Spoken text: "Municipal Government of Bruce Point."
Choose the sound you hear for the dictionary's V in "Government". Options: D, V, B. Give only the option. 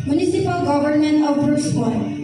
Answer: B